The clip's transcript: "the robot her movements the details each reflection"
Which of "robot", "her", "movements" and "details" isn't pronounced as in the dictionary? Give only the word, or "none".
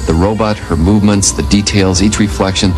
none